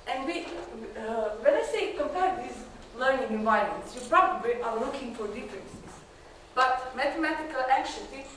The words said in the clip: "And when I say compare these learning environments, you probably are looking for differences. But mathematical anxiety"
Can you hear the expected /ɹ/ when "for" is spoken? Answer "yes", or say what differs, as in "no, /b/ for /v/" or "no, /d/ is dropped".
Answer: yes